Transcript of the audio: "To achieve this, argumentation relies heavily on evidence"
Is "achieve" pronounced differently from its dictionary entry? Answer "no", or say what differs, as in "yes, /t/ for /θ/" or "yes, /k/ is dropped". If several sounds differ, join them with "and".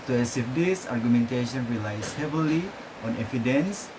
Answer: yes, /s/ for /tʃ/